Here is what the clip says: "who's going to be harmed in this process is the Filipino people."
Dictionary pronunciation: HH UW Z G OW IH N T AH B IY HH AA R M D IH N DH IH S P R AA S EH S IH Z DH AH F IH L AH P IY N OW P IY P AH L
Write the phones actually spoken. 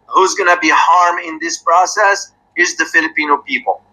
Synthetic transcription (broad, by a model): HH UW Z G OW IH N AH B IY HH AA R M IH N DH IH S P R AA S EH S IH Z DH AH F IH L AH P IY N OW P IY P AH L